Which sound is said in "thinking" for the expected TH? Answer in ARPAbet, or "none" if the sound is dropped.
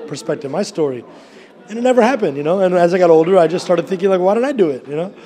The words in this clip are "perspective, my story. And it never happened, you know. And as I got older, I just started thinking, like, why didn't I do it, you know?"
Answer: TH